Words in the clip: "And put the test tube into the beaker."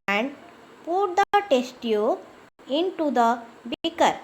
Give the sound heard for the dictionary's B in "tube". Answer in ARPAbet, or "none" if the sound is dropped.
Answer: none